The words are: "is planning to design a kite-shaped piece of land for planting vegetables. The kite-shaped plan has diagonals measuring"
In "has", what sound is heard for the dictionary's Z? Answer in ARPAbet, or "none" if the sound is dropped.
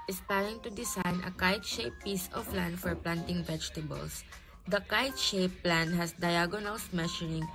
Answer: S